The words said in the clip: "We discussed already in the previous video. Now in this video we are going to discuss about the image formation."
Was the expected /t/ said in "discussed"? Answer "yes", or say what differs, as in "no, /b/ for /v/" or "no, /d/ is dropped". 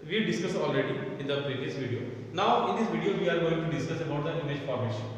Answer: no, /t/ is dropped